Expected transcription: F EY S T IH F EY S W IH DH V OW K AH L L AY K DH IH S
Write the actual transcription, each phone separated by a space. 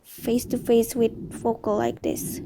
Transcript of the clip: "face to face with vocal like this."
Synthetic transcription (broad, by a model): F EY S T IH F EY S W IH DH F OW K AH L L AY K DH IH S